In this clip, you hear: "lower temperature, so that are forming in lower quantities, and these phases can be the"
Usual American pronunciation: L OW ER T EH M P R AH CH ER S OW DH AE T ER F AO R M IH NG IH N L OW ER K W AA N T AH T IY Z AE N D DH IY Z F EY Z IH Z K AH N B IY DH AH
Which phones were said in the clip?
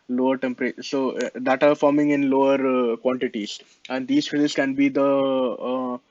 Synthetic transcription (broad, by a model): L OW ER T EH M P AH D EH S OW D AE T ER F AO R M IH NG IH N L OW ER K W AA N T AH T IY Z AE N D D IY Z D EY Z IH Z K AH N B IY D AH